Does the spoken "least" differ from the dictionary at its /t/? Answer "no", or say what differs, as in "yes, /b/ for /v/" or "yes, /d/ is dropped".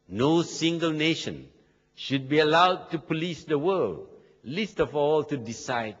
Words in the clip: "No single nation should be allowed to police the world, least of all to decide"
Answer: no